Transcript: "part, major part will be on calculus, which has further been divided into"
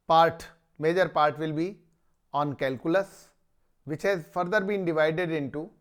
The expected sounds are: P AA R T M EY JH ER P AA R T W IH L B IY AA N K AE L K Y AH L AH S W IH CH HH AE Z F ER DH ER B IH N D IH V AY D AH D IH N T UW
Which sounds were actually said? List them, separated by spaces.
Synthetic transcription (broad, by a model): P AA R T M EY JH ER P AA R T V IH L B IY AA N K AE L K Y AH L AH S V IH CH HH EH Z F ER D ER B IH N D IH V AY D AH D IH N T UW